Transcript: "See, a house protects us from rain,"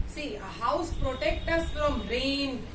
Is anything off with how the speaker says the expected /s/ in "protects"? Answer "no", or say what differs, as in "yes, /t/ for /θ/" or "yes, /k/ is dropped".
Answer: yes, /s/ is dropped